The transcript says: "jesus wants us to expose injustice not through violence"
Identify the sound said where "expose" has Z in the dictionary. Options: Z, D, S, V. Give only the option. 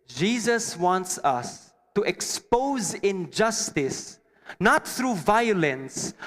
Z